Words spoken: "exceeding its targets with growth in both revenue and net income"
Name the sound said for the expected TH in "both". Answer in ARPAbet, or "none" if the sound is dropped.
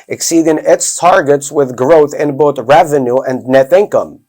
TH